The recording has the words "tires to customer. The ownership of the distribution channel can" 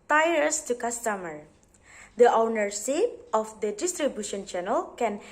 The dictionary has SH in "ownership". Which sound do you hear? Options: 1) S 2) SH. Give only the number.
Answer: 1